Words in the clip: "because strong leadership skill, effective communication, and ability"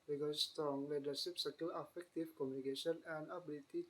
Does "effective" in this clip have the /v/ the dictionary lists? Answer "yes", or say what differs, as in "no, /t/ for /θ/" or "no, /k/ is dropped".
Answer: no, /f/ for /v/